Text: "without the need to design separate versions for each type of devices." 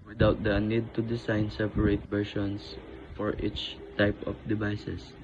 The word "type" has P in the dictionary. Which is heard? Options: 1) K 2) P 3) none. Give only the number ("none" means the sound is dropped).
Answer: 2